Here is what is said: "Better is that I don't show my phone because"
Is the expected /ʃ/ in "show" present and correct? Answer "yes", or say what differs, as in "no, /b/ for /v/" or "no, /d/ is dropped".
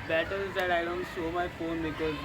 no, /s/ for /ʃ/